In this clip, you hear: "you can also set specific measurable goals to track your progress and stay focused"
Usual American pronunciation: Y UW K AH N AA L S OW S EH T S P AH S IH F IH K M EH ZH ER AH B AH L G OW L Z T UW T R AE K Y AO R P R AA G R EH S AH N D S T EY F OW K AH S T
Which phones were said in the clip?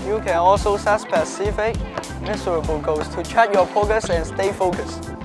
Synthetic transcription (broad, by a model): Y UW K AH N AA L S OW S EH T S P AH S IH F IH K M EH S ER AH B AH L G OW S T UW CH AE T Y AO P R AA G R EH S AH N S T EY F OW K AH S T